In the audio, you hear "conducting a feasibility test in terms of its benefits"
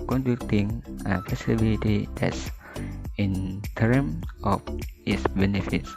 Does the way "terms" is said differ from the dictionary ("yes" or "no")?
yes